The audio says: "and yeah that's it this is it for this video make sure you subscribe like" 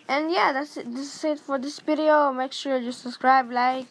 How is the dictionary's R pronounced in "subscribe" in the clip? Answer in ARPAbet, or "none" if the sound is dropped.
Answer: R